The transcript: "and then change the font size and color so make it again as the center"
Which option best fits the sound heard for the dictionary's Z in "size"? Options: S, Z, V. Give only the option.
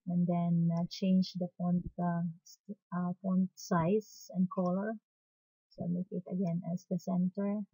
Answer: S